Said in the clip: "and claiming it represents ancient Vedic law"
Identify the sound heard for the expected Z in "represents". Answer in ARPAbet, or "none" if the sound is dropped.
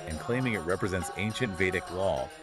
Z